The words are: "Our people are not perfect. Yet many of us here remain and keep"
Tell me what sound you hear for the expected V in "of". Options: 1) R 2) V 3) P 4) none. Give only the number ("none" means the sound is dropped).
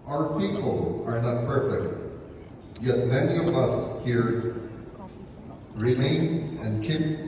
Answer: 2